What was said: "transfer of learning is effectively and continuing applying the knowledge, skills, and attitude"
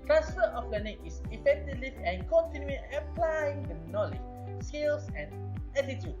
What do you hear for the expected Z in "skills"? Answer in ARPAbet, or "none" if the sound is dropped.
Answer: S